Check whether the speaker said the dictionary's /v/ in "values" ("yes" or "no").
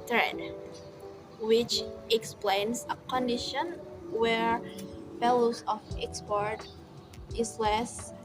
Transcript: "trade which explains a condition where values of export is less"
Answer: no